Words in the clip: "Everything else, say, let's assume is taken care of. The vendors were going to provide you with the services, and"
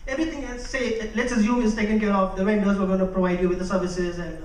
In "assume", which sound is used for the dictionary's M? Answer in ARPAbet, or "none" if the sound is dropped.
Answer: none